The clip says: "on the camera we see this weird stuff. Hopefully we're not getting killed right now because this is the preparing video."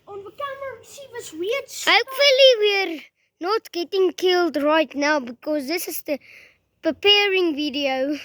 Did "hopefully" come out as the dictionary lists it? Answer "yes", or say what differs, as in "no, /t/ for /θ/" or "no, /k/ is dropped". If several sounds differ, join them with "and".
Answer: yes